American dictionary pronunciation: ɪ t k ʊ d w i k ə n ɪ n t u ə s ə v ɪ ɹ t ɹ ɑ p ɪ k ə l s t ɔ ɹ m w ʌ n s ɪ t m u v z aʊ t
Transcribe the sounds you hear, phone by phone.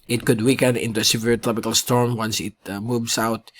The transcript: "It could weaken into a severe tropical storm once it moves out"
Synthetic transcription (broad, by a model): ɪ t k ʊ d w i k ə n ɪ n t u ə s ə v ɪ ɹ t ɹ ɑ p ɪ k ə l s t ɔ ɹ m w ʌ n s ɪ t m u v s aʊ t